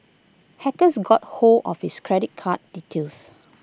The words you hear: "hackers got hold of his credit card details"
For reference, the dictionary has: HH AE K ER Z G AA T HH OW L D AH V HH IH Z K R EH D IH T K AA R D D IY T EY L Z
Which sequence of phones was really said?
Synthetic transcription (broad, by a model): HH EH K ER S G AA T HH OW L AH F HH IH S K R EH D IH T K AA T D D IY T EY L S